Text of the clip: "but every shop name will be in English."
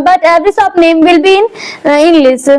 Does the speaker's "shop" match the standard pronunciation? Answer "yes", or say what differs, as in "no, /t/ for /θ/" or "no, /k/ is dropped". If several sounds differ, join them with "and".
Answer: no, /s/ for /ʃ/